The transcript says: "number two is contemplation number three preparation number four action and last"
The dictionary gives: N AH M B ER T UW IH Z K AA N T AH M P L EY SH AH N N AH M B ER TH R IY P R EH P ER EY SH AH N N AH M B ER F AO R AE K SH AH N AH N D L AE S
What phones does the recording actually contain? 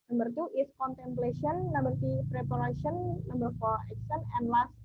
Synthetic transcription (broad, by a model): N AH M B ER T UW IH S K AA N T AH M P L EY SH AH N N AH M B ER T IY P R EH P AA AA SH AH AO N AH M B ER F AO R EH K S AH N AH N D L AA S